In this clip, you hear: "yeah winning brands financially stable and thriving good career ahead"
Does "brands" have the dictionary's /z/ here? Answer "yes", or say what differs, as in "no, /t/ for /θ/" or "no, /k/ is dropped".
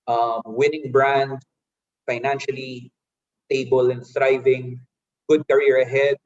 no, /z/ is dropped